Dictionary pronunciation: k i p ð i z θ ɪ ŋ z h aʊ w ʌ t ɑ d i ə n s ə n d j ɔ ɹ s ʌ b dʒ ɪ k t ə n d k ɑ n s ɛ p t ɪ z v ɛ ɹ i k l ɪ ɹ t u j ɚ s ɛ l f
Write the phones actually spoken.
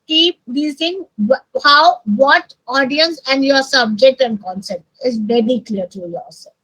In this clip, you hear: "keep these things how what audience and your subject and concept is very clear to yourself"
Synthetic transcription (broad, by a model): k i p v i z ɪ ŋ h aʊ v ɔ t ɑ d i ə n s ə n d j ɔ ɹ s ʌ b dʒ ɪ k t ə n d k ɑ n s ɛ p t ɪ z v ɛ ɹ i k l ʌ ɹ t u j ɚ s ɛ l